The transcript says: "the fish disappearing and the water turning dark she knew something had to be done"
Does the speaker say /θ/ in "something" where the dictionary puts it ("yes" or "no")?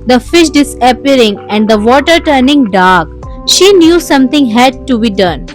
no